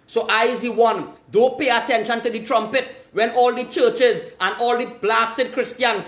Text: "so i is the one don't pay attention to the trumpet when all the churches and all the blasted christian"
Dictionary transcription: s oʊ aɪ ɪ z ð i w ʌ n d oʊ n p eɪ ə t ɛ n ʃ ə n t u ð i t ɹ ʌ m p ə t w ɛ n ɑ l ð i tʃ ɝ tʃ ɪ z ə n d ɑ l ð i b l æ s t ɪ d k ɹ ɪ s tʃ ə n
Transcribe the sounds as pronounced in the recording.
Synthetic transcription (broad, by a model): s oʊ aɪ ɪ z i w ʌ n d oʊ p eɪ ə t ɛ n ʃ ə n t u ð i t ɹ ʌ m p ə t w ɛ n ɑ l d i tʃ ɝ tʃ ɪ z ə n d ɑ l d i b l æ s t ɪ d k ɹ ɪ s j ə n